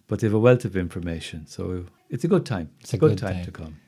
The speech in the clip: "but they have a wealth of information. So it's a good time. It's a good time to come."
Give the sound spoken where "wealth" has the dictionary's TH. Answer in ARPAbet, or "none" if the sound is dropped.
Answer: T